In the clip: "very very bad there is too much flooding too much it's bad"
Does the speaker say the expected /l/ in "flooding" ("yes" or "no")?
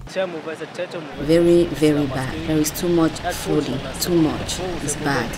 no